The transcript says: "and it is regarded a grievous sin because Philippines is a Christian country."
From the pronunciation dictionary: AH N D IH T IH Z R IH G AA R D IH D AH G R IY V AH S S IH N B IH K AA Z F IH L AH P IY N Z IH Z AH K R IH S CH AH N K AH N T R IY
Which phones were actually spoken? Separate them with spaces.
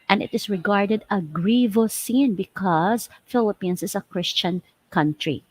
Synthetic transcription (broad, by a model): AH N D IH T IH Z R IH G AA R D IH D AH G R IY V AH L S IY N B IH K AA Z F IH L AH P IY N S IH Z AH K R IH S CH AH N K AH N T R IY